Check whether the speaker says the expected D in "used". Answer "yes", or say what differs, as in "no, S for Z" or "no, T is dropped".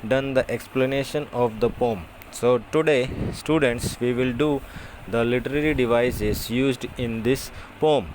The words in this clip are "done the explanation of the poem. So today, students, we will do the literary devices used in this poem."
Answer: yes